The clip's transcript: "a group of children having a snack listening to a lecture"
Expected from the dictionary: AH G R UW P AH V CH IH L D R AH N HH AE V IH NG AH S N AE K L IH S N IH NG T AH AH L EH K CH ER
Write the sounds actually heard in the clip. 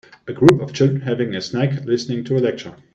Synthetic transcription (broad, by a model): AH G R UW P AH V CH IH L D R AH N HH AE V IH NG AH S N AE K L IH S N IH NG T AH AH L EH K CH ER